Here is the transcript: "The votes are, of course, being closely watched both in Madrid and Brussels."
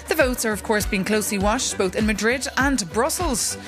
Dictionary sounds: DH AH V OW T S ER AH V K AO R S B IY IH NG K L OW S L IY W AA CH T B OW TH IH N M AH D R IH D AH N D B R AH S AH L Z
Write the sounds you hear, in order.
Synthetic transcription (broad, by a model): DH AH V OW T S ER AH V K AO R S B IY IH NG K L OW S L IY W AA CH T B OW TH IH N M AH D R IH D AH N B R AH S AH L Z